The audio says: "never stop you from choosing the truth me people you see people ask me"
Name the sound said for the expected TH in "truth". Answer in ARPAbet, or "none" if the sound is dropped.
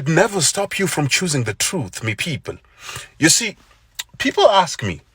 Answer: TH